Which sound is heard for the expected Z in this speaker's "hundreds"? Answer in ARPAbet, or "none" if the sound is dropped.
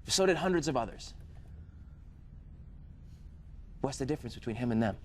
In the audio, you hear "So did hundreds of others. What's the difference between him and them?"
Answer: Z